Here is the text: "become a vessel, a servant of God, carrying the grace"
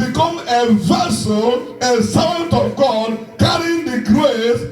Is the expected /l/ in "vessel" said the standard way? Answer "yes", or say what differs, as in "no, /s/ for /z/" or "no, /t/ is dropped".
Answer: no, /n/ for /l/